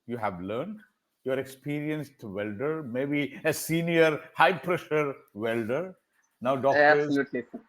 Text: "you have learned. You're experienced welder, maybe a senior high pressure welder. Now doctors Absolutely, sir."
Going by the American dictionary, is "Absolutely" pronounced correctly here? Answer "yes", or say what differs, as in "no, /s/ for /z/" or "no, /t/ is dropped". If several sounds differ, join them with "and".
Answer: no, /b/ is dropped